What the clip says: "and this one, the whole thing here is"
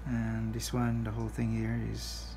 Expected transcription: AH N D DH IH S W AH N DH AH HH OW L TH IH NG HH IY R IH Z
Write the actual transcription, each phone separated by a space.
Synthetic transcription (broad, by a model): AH N DH IH S W AH N DH AH HH OW L TH IH NG HH IY R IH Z